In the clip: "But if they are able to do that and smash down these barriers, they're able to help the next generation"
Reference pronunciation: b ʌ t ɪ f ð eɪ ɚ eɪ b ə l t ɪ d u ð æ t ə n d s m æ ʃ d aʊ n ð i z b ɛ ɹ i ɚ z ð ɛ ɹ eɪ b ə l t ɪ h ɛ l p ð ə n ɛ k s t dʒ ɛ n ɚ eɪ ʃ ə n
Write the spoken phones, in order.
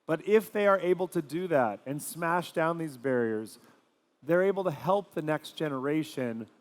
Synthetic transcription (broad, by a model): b ʌ t ɪ f ð eɪ ɚ eɪ b l t ɪ d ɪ ð æ t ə n s m æ ʃ d aʊ n ð i z b ɛ ɹ i ɚ z ð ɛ ɹ eɪ b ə l t ɪ h ɛ l p ð ə n ɛ k s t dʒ ɛ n ɚ eɪ ʃ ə n